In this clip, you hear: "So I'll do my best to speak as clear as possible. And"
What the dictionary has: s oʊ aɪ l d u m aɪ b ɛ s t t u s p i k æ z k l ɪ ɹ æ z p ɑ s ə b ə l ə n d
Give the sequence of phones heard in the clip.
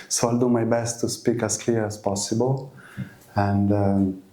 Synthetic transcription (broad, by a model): s oʊ aɪ l d u m aɪ b ɛ s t t u s p i k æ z k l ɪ ɹ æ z p ɑ s ə b ə l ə n d